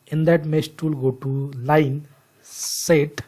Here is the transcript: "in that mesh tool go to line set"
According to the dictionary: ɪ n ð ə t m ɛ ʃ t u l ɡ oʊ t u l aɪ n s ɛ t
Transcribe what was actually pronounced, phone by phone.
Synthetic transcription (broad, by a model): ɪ n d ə t m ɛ s t u l ɡ oʊ t u l aɪ n s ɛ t